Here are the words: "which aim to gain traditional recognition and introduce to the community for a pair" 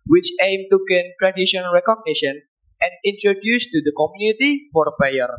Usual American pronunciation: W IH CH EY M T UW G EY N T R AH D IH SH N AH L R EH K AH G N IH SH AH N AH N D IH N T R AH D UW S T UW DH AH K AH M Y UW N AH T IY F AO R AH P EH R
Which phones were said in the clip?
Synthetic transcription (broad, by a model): W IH CH EY M T UW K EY N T R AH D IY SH AH N R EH K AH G N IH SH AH N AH N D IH N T R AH D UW S T UW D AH K AH M Y UW N AH T IY F AO R AH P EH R